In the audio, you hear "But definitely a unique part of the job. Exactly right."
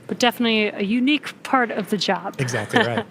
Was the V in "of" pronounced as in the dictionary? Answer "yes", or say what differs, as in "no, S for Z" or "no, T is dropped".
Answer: yes